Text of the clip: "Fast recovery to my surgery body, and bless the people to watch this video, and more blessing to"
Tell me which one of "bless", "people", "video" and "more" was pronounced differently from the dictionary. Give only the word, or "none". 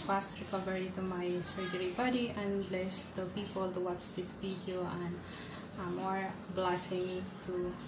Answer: video